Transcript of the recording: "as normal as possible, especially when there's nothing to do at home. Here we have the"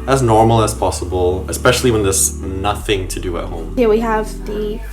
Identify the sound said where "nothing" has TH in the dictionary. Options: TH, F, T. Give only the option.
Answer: TH